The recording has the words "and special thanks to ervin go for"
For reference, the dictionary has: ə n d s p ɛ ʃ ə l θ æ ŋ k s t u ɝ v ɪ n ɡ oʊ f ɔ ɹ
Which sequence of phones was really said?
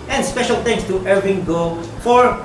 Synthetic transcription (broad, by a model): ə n s p ɛ ʃ ə l t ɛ ŋ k s t u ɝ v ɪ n ɡ oʊ f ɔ ɹ